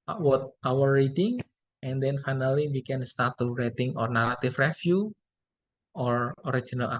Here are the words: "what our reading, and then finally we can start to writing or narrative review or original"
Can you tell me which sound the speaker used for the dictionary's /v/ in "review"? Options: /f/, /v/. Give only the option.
/f/